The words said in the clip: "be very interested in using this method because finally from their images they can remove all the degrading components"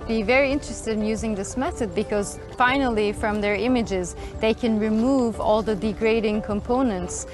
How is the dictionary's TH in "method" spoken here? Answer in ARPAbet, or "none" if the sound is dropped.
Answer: TH